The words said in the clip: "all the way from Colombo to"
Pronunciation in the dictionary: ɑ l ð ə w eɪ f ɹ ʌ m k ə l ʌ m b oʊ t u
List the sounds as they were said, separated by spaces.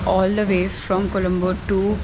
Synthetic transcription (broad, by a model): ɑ l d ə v eɪ f ɹ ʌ m k ə l ʌ m b oʊ t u